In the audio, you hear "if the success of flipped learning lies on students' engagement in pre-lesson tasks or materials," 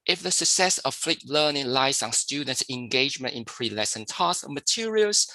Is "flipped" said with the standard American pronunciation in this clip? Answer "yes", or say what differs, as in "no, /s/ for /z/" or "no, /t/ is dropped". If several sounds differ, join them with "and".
no, /p/ is dropped